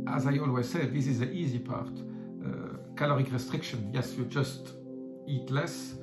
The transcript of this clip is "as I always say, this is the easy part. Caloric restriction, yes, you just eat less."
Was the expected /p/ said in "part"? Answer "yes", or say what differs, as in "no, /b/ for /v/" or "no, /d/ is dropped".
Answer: yes